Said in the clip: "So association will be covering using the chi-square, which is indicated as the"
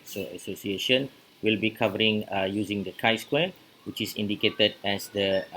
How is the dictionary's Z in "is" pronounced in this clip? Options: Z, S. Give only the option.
S